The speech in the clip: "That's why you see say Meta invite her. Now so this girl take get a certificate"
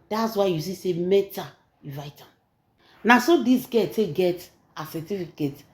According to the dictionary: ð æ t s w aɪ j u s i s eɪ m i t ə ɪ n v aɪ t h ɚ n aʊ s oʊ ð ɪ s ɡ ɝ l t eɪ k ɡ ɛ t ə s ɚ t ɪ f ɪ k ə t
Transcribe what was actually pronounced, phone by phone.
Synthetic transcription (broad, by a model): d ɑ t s w aɪ j u s i s eɪ m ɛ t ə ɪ v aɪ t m n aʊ s oʊ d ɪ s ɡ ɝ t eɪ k ɡ ɛ t ə s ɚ t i f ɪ k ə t